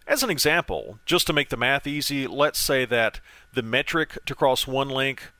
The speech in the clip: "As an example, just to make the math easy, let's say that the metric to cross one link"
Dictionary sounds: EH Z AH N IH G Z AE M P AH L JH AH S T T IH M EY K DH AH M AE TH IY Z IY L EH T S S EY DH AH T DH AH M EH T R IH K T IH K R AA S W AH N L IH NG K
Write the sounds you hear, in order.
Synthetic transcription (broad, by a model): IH Z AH N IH G Z AE M P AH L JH AH S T T IH M EY K DH AH M AE TH IY Z IY L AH T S S EY DH AH T DH AH M EH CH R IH K T IH K R AA S W AH N L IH NG K